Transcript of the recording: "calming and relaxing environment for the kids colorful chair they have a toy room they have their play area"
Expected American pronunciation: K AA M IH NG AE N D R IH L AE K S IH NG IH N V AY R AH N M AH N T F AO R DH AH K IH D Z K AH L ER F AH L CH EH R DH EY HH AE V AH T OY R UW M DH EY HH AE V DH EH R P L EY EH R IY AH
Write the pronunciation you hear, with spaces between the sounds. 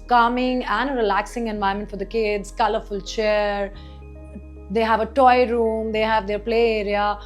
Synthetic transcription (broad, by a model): K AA M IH NG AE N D R IH L AE K S IH NG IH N V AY AH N M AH N T F AO R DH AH K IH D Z K AH L ER F AH L CH EH R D EY HH AE V AH T OY R UW M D EY HH AE V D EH R P L EY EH R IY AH